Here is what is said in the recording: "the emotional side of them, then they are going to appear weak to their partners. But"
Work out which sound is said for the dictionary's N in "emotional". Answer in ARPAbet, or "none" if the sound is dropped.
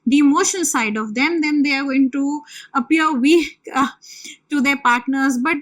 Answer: none